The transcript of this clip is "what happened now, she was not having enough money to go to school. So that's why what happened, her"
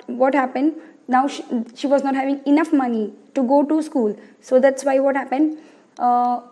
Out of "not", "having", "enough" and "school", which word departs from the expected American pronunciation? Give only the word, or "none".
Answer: none